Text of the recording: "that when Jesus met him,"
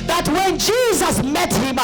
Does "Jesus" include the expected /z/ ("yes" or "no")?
yes